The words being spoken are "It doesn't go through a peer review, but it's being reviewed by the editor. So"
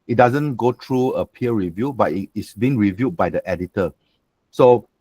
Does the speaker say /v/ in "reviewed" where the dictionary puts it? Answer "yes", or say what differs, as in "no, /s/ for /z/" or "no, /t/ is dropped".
yes